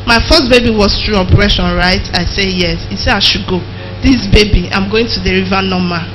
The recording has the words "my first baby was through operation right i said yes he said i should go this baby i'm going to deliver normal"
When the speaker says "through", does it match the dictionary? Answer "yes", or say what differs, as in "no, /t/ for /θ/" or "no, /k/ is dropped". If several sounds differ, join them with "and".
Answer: no, /t/ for /θ/